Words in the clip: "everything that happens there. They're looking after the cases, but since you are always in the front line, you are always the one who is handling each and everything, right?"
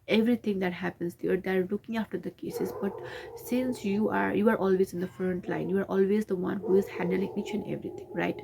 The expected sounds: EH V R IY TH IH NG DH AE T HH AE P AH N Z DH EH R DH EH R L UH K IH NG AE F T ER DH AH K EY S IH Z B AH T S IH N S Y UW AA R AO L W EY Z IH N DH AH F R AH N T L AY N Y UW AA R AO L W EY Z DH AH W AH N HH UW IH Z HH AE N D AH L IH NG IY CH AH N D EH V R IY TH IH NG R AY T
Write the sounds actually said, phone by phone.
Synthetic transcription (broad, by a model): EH V R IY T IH NG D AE T HH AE P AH N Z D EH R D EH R L UH K IH NG AE F T ER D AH K EY S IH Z B AH T S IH N S Y UW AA R AO L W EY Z IH N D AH F R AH N T L AY N Y UW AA R AO L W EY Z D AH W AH N HH UW IH Z HH AE N D AH L IH NG IY CH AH N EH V R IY T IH NG R AY T